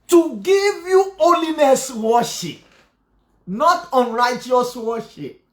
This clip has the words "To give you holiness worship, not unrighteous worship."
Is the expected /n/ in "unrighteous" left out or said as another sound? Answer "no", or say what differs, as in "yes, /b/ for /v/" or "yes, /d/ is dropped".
no